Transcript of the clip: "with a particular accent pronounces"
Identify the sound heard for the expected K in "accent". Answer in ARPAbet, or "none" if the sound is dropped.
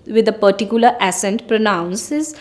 none